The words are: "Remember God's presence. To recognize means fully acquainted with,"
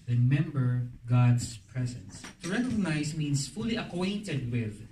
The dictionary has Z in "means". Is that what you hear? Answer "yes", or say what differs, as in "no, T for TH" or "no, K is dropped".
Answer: no, S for Z